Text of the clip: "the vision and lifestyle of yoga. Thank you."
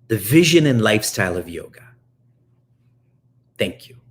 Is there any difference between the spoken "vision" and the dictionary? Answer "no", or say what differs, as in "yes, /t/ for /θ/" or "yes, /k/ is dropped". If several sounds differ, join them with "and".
no